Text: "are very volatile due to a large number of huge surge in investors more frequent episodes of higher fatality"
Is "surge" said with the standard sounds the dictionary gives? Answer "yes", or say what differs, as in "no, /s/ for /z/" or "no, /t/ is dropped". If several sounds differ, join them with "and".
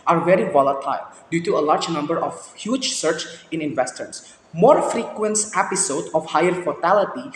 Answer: no, /tʃ/ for /dʒ/